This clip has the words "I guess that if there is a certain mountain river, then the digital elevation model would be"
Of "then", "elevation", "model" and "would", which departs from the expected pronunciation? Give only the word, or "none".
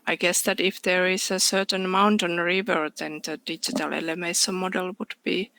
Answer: elevation